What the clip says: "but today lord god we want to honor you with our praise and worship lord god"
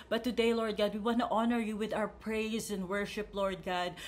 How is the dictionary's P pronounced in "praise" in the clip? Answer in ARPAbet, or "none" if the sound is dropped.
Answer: P